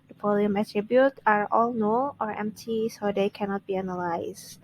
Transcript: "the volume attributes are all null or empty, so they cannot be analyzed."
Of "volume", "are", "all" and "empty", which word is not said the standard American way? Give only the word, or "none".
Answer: volume